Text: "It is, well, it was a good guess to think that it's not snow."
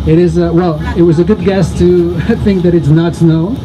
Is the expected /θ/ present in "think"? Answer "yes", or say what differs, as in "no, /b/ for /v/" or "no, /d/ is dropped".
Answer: yes